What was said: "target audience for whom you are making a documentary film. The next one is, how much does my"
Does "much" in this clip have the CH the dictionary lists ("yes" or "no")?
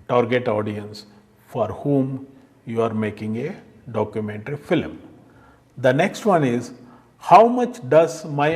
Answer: yes